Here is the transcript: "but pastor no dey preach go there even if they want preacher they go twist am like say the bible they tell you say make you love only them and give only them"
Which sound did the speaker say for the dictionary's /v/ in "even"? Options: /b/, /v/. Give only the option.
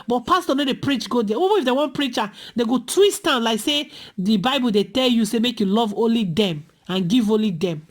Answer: /b/